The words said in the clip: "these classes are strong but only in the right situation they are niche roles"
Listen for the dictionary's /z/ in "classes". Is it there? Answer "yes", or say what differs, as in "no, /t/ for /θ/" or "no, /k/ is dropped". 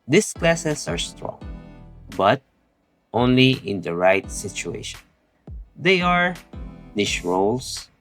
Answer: no, /s/ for /z/